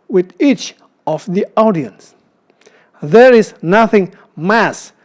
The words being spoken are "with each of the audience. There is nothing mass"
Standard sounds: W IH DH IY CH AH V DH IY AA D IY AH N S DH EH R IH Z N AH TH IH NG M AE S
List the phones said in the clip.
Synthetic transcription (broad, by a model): W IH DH IY CH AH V DH IY AA D IY AH N S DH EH R IH Z N AH TH IH NG M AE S